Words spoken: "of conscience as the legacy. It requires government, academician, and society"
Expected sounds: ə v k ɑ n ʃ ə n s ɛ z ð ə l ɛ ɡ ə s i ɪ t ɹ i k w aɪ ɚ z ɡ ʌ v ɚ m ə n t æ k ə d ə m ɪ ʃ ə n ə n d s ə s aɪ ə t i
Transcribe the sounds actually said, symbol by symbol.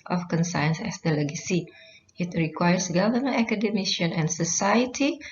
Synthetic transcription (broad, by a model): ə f k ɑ n s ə n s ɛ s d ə l ɛ ɡ ə s i ɪ t ɹ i k w aɪ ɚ s ɡ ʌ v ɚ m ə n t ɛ k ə d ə m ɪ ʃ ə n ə n s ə s aɪ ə t i